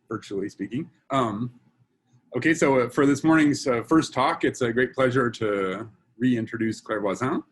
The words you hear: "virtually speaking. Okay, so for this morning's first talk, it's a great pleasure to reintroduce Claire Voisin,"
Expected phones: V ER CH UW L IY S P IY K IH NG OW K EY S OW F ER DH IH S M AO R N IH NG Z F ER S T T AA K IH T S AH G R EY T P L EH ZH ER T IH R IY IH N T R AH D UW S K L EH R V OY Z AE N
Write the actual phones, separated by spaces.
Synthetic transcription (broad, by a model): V ER CH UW L IY S P IY K IH NG OW K EY S OW F ER DH IH S M AO R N IH NG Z F ER S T T AA K IH T S AH G R EY T P L EH ZH ER T IH R IY IH N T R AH D UW S K L EH R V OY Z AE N